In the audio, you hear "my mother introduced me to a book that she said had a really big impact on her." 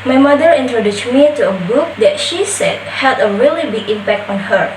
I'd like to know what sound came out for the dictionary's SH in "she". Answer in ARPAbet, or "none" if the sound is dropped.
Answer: SH